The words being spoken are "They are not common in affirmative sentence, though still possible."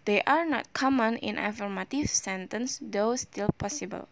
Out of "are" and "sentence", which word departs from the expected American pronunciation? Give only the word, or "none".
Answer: none